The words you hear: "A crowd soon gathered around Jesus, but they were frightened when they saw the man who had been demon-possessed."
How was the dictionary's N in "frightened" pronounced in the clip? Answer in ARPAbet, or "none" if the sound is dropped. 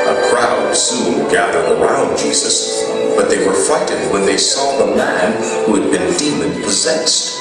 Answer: none